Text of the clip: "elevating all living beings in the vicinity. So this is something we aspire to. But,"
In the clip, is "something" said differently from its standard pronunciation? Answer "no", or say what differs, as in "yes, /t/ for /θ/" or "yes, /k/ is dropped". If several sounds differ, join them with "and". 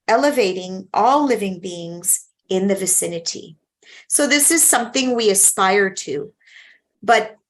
no